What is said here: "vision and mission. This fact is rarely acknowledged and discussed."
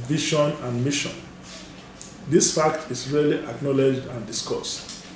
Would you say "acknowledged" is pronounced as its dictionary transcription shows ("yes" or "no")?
yes